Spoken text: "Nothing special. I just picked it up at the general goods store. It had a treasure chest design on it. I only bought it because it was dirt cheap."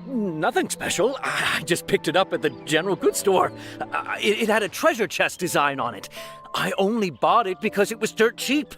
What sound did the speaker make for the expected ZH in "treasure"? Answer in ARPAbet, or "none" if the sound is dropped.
ZH